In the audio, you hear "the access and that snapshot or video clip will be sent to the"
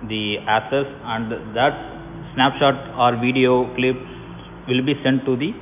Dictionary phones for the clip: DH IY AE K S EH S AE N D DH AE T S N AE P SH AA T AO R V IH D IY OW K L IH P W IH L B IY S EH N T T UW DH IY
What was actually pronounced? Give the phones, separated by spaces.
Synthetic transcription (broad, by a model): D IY AE K S EH S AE N D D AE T S N AE P SH AA T AO R V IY D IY OW K L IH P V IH L B IY S EH N T T UW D IY